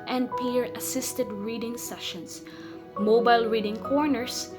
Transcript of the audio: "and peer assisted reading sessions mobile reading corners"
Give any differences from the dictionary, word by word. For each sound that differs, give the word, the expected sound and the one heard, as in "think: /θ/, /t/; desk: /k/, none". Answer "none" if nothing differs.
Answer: sessions: /z/, /s/